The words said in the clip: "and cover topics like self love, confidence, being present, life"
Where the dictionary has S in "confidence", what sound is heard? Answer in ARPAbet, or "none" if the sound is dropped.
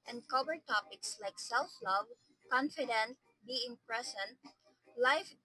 none